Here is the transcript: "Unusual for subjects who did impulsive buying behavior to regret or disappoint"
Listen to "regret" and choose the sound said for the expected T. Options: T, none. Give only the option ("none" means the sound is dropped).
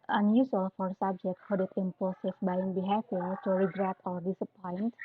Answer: T